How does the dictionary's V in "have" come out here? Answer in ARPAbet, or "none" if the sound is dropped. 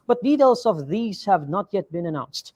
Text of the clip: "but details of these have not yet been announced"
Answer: V